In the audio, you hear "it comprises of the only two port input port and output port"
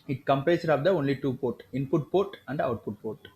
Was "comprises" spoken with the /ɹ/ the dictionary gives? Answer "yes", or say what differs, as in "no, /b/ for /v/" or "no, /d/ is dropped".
no, /ɹ/ is dropped